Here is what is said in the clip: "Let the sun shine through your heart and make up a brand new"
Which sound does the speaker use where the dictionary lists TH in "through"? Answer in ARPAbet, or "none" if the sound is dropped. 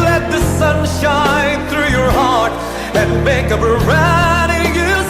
TH